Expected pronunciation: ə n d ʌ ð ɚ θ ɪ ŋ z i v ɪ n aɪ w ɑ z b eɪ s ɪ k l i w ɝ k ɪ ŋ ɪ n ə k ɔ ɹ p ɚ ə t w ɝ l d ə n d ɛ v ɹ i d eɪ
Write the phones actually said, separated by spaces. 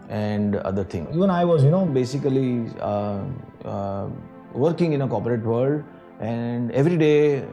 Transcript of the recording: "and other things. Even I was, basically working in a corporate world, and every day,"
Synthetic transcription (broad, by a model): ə n d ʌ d ɚ t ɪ ŋ i v ɪ n aɪ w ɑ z b eɪ s ɪ k l i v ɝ k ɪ ŋ ɪ n ə k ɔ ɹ p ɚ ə t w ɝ l d ə n d ɛ v ɹ i d eɪ